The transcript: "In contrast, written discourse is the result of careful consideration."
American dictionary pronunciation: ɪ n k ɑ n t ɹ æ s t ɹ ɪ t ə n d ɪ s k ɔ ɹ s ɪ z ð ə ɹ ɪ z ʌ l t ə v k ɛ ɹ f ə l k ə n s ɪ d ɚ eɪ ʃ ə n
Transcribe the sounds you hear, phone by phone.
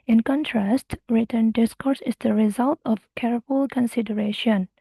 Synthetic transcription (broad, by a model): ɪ n k ɑ n t ɹ æ s t ɹ ɪ t ə n d ɪ s k ɔ ɹ s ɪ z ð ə ɹ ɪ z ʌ l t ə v k ɛ ɹ f ə l k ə n s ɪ d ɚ eɪ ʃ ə n